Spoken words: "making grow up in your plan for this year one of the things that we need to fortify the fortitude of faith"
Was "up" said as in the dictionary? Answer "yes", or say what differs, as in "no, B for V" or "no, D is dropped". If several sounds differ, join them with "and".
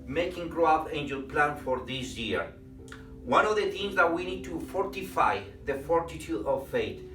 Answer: no, F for P